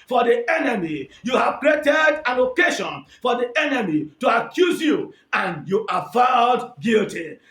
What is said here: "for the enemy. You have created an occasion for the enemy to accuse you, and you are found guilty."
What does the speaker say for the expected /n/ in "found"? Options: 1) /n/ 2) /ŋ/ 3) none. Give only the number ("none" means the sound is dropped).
3